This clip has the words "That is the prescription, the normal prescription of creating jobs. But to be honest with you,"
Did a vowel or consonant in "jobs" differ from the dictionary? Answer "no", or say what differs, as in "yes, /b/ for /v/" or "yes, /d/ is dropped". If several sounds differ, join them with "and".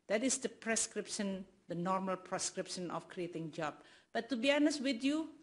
yes, /z/ is dropped